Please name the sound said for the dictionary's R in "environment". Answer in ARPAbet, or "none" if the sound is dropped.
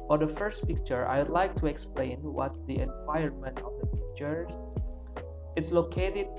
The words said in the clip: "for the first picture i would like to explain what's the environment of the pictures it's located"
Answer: none